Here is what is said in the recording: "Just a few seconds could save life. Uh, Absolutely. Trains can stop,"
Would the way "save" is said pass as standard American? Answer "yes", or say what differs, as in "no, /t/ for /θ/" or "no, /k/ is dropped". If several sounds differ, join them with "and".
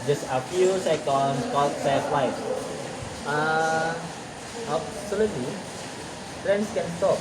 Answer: no, /f/ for /v/